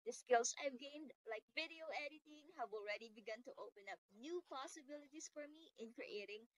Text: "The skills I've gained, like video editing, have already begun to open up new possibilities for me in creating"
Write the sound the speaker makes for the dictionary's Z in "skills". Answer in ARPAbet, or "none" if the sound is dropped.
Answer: S